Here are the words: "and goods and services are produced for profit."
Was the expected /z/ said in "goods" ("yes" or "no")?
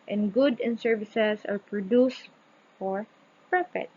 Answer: no